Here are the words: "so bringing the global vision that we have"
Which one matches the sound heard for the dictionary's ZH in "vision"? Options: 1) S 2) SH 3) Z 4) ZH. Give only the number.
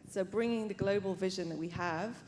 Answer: 4